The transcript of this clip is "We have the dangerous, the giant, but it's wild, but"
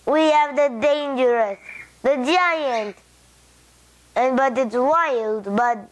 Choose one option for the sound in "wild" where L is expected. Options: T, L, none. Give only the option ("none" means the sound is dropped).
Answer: L